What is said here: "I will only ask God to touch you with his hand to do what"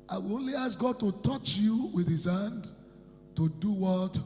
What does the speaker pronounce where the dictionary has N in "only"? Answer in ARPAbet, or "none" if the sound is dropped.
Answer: N